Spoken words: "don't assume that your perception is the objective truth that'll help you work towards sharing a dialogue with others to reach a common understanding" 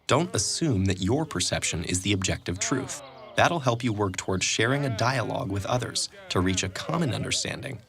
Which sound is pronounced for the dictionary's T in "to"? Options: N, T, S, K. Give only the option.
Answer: T